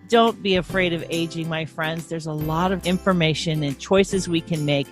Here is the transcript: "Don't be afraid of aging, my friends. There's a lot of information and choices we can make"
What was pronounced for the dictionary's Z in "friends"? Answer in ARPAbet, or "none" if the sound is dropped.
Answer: Z